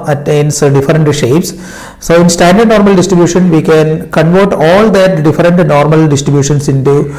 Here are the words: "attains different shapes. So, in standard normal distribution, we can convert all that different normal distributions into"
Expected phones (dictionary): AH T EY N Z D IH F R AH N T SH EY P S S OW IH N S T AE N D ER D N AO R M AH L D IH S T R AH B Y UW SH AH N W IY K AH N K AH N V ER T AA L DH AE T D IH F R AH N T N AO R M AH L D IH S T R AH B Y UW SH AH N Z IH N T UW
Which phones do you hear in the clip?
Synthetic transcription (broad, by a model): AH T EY N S D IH F R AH N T SH EY P S S OW IH N S T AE N D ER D N AO R M AH L D IH S T R AH B Y UW SH AH N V IY K AH N K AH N V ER T AA L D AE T D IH F R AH N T N AO R M AH L D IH S T R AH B Y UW SH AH N S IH N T UW